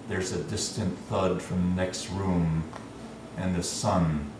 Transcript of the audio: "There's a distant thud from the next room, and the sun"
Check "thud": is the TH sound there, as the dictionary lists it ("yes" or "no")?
yes